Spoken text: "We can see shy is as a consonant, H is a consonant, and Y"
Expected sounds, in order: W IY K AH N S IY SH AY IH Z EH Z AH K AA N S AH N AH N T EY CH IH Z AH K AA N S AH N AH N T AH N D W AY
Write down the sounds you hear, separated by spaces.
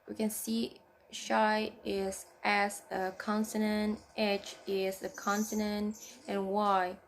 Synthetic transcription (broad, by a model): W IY K AH N S IY SH AY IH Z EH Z AH K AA N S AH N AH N T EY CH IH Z AH K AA N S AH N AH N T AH N W AY